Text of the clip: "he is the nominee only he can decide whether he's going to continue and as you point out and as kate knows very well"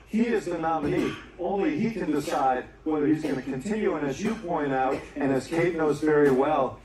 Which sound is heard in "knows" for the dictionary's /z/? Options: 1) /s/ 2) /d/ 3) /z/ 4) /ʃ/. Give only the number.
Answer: 3